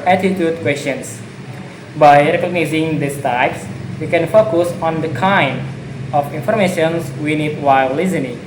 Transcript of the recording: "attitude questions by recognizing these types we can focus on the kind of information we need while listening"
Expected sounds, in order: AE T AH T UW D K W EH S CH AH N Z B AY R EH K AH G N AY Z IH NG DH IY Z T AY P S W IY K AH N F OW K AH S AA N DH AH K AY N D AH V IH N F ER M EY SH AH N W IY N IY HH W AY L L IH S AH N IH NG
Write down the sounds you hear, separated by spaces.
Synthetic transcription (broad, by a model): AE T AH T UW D K W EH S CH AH N S B AY R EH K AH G N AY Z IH NG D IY S T AY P S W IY K AH N F OW K AH S AA N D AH K AY N D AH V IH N F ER M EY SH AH N W IY N IY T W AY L L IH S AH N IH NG